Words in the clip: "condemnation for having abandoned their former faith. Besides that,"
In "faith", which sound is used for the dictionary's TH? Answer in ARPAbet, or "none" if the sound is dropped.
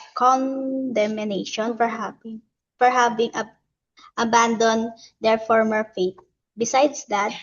T